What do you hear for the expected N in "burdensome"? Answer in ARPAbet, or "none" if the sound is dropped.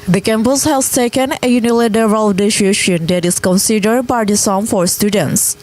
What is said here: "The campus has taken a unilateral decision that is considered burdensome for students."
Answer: none